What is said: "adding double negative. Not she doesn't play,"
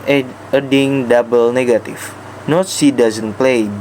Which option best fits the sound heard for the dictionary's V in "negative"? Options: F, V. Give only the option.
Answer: F